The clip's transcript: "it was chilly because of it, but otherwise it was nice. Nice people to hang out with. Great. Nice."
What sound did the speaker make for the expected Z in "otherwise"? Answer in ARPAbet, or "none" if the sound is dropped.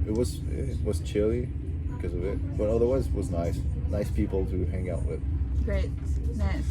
Z